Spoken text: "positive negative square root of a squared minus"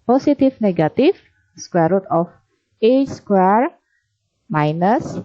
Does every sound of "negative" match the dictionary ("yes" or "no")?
no